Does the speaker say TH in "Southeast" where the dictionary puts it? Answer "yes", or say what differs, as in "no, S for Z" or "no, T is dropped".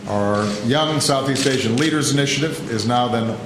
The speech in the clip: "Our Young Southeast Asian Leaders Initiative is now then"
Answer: yes